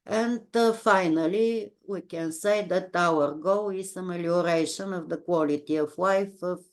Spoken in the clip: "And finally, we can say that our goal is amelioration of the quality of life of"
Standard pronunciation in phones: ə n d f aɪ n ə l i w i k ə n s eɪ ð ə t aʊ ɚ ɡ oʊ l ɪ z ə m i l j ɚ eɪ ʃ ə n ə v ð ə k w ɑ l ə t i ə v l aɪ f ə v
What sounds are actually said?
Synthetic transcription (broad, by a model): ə n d f aɪ n ə l i w i k ə n s eɪ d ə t aʊ ɚ ɡ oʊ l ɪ s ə m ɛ l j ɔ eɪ ʃ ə n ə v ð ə k w ɑ l ə t i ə f l aɪ f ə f